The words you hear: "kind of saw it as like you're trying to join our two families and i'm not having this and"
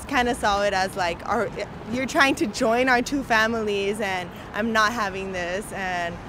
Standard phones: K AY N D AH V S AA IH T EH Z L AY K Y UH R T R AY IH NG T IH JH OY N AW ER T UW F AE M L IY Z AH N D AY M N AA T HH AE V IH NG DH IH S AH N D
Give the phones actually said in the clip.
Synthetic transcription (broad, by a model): K AY N D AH S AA IH T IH Z L AY K Y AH R T R AY IH NG T IH JH OY N AW ER T UW F AE M L IY Z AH N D AY M N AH T HH AE V IH NG DH IH S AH N